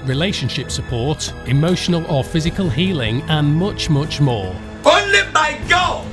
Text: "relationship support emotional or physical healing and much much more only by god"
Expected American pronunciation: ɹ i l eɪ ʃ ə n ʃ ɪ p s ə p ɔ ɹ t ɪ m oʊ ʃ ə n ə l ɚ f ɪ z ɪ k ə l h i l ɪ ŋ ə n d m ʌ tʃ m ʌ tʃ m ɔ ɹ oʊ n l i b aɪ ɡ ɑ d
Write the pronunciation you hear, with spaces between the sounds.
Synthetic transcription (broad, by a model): ɹ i l eɪ ʃ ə n ʃ ɪ p s ə p ɔ ɹ t ɪ m oʊ ʃ ə n ə l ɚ f ɪ z ɪ k ə l h i l ɪ ŋ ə n m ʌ tʃ m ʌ tʃ m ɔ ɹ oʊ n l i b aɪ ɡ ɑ